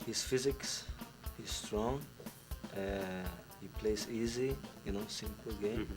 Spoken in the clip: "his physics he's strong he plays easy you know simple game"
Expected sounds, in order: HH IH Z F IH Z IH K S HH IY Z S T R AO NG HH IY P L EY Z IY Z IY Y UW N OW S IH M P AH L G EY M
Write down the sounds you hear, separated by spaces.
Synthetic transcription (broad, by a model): HH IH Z F IH Z IH K S HH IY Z S T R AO NG HH IY P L EY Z IY Z IY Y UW N OW S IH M P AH L G EY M